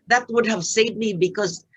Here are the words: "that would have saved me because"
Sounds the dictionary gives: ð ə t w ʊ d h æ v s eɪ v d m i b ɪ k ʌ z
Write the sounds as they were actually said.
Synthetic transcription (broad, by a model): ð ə t w ʊ d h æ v s eɪ d m i b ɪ k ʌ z